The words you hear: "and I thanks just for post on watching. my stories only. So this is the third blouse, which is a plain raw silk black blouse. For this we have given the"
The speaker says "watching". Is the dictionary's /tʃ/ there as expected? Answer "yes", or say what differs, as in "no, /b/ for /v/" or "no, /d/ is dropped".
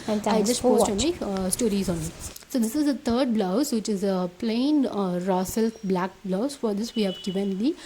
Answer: no, /tʃ/ is dropped